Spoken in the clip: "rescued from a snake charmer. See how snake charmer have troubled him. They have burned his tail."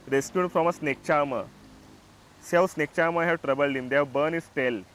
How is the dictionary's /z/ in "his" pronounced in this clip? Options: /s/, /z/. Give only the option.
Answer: /s/